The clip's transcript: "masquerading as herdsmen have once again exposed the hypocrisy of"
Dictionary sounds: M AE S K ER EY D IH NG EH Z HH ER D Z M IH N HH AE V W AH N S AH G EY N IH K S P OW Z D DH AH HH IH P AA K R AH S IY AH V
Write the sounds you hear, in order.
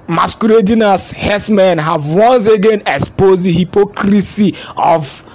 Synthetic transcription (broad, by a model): M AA S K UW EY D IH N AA S HH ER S M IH N HH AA V W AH N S AH G EY N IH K S P OW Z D HH IH P AA K R AH S IY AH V